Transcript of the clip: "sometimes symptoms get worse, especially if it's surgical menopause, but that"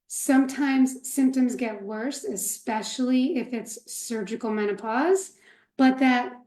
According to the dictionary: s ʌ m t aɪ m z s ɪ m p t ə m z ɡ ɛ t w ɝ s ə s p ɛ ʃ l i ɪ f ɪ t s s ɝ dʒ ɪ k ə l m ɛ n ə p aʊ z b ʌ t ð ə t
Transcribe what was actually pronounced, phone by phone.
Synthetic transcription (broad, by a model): s ʌ m t aɪ m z s ɪ m p t ə m z ɡ ɛ t w ɝ s ə s p ɛ ʃ l i ɪ f ɪ t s s ɝ dʒ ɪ k l m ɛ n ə p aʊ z b ʌ t ð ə t